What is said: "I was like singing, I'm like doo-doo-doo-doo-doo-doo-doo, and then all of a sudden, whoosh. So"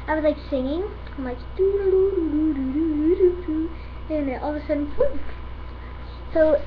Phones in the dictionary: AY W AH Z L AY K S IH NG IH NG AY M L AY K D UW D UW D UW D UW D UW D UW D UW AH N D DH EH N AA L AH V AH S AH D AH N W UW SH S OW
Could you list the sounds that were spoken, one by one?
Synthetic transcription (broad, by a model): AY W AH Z L AY K S IH NG IH NG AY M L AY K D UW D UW D UW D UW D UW D UW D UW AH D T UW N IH N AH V AH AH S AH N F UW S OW